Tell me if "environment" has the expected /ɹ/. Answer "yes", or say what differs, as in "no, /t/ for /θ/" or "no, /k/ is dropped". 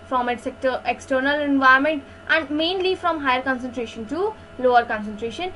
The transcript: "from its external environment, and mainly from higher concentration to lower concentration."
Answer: no, /ɹ/ is dropped